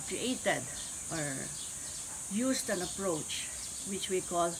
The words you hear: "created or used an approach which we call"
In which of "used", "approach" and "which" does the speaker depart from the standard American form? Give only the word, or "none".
used